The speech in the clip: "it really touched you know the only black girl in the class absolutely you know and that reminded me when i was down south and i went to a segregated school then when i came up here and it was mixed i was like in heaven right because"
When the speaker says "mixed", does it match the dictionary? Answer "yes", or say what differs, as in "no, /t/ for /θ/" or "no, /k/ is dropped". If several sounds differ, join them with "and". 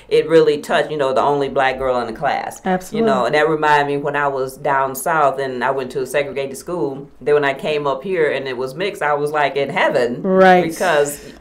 no, /t/ is dropped